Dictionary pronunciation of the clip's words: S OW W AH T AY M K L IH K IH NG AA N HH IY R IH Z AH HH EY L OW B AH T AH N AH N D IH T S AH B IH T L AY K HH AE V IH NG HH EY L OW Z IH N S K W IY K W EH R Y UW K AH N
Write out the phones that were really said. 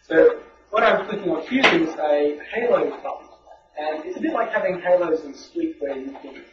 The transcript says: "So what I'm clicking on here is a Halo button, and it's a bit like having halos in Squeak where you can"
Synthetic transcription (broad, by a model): S OW W AH T AY M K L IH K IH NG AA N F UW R IH Z AH HH EY L OW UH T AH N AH N IH T S AH B IH T L AY K HH AE V IH NG HH EY L OW Z IH N S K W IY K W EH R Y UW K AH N